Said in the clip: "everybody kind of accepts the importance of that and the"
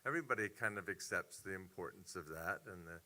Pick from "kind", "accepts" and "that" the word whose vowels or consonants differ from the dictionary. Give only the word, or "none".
none